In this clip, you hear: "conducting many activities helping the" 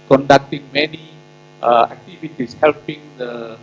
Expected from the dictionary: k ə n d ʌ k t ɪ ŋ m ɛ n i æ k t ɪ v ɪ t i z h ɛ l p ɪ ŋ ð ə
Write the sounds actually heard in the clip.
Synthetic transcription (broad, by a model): k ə n d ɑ k t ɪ ŋ m ɛ n i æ k t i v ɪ t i s h ɛ l p ɪ ŋ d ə